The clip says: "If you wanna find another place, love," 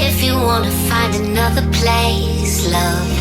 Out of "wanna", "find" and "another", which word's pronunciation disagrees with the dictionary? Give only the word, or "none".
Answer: none